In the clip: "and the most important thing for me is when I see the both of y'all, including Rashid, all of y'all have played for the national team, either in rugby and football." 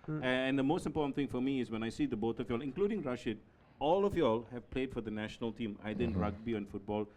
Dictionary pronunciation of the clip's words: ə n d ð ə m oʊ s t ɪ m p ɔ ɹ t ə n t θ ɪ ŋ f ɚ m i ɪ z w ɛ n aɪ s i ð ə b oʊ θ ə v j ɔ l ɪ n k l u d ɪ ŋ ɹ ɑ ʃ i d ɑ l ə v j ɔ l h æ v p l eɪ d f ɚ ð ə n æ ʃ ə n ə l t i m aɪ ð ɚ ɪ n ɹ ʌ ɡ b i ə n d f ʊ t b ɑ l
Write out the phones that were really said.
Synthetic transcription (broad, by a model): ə n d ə m oʊ s t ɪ m p ɔ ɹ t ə n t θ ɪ ŋ f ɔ m i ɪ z w ɛ n aɪ s i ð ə b oʊ t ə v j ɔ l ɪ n k l u d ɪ ŋ ɹ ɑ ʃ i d ɑ l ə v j ɔ l h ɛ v p l eɪ d f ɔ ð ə n æ ʃ ə n ə l t i m aɪ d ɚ ɪ n ɹ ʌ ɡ b i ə n f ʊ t b ɑ l